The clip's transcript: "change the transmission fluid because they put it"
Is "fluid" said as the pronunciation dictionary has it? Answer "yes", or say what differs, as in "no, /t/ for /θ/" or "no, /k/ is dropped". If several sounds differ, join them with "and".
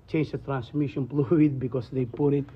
no, /p/ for /f/